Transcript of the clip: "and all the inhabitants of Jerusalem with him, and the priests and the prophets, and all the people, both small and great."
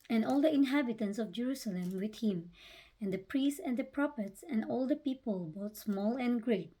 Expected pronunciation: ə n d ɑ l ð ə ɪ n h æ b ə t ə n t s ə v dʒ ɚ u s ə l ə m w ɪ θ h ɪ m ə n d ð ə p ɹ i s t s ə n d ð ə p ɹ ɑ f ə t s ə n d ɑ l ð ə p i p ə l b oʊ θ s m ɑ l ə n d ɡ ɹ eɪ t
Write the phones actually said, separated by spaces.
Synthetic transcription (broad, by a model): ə n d ɑ l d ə ɪ n h æ b ə t ə n t s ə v dʒ ɚ u s ə l ə m w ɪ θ h ɪ m ə n d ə p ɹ i s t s ə n d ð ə p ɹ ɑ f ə t s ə n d ɑ l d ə p i p ə l b oʊ t s m ɑ l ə n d ɡ ɹ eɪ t